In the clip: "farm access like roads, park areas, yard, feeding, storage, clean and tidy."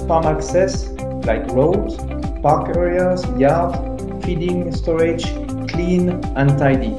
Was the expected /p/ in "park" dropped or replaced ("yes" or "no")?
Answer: no